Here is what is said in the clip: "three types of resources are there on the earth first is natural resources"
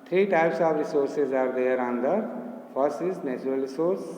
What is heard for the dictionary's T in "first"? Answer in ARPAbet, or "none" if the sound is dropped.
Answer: none